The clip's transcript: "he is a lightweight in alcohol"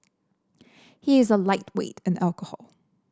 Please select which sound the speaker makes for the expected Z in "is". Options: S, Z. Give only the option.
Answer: Z